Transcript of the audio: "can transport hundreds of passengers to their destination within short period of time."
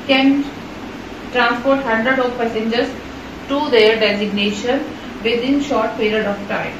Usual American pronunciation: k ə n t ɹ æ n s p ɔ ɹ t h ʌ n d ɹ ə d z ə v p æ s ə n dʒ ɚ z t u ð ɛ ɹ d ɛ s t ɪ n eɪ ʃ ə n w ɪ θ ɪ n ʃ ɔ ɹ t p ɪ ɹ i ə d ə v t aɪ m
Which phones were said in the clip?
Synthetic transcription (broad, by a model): k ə n t ɹ æ n s p ɔ ɹ t h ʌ n d ɹ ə d ə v p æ s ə n dʒ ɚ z t u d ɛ ɹ d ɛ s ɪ n eɪ ʃ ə n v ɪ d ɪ n ʃ ɔ ɹ t p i ɹ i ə d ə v t aɪ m